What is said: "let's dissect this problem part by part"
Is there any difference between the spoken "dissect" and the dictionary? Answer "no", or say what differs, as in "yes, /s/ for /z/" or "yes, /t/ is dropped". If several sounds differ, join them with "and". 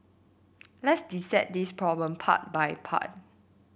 yes, /k/ is dropped